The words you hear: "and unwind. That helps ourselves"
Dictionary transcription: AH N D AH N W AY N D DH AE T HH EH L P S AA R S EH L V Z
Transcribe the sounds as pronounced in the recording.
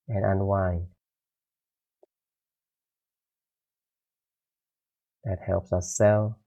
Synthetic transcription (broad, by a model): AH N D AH N W AY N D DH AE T HH EH L P S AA S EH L